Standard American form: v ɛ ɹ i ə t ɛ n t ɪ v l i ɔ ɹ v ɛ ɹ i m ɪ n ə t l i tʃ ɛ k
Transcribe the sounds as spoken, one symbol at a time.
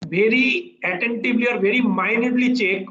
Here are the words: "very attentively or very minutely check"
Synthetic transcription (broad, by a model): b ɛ ɹ i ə t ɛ n t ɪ b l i ɔ ɹ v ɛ ɹ i m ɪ n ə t l i tʃ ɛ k